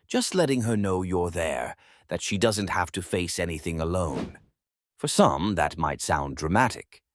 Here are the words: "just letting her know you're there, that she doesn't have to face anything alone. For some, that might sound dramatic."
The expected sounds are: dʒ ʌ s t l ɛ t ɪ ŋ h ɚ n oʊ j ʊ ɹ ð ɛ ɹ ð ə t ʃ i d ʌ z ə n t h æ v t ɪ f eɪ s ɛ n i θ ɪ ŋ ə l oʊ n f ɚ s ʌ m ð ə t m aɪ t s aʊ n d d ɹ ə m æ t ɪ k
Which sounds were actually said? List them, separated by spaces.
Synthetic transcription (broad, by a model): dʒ ʌ s t l ɛ t ɪ ŋ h ɚ n oʊ j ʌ ɹ ð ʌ ɹ ð ə t ʃ i d ʌ z ə n t h æ f t ɪ f eɪ s ɛ n i θ ɪ ŋ ə l oʊ n f ɚ s ʌ m ð ə t m aɪ t s aʊ n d d ɹ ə m æ t ɪ k